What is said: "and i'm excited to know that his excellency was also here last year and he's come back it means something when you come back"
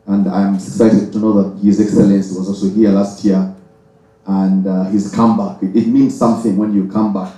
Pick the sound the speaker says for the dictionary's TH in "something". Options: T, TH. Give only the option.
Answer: TH